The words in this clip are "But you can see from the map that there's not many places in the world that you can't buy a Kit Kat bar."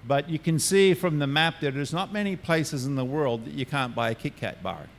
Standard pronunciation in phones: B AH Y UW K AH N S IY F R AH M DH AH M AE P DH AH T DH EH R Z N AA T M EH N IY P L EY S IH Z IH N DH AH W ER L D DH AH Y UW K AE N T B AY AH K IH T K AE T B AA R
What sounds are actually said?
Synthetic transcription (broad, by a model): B AH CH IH K AH N S IY F R AH M DH AH M AE P DH AH T DH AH R Z N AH T M EH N IY P L EY S IH Z IH N DH AH W ER L D DH AH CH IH K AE N B AY AH K IH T K AE T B AA R